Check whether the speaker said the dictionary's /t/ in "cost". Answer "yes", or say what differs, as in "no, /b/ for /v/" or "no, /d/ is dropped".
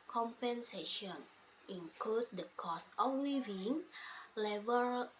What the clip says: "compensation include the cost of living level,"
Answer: no, /t/ is dropped